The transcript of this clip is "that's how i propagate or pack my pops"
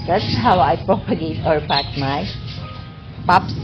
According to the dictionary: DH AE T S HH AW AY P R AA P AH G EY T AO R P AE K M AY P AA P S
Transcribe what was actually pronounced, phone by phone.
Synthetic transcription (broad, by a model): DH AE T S HH AW AY P R AA P AH G EY T AO R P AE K M AY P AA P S